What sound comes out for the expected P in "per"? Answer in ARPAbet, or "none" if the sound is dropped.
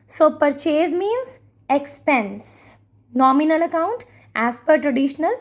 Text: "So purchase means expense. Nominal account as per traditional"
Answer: P